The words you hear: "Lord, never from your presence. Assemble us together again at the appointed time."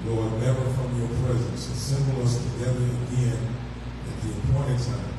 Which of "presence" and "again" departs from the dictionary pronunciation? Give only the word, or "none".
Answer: none